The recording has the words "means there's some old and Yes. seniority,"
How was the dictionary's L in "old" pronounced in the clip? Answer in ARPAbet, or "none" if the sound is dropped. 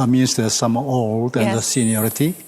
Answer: L